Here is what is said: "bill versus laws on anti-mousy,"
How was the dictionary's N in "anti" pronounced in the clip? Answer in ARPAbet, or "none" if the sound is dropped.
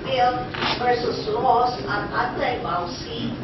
none